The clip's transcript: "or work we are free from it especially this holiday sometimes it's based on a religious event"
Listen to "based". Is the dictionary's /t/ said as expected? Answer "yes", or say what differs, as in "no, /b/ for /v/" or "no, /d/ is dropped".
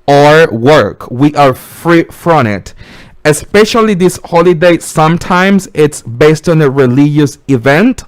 yes